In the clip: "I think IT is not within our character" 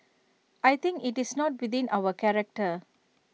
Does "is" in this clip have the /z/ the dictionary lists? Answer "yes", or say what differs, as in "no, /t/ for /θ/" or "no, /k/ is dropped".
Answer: no, /s/ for /z/